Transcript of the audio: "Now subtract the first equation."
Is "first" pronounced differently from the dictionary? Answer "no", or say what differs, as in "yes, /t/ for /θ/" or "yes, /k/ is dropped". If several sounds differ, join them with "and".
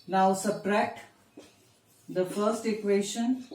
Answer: no